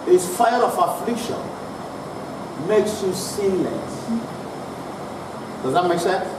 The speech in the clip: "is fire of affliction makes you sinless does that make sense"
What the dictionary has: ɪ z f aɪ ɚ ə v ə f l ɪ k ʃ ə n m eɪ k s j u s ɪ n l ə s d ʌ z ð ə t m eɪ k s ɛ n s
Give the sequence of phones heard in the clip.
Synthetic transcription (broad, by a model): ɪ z f aɪ ɚ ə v ə f l ɪ k ʃ ə n m eɪ k s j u s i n l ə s d ʌ z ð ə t m eɪ k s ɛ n